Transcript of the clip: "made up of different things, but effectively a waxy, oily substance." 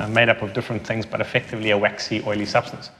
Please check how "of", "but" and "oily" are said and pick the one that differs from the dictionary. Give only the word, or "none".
none